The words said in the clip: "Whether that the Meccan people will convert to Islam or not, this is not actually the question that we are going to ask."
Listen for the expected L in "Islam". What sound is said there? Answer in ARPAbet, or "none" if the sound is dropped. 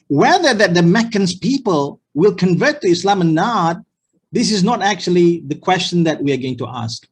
L